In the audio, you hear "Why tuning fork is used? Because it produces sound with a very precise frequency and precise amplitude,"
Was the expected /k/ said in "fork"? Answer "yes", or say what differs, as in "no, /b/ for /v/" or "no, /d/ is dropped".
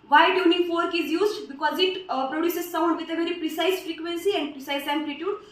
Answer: yes